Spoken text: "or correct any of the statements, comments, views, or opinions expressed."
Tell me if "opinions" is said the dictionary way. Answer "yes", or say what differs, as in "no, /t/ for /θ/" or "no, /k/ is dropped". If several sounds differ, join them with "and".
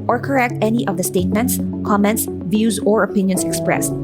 no, /s/ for /z/